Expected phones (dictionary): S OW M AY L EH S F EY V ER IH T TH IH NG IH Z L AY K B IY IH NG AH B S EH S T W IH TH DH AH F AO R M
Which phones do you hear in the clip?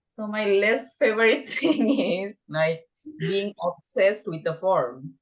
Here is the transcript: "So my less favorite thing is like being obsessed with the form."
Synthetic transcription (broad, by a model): S OW M AY L EH S F EY V ER IH T T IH NG IH Z N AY B IY IH NG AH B S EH S T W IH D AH F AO R M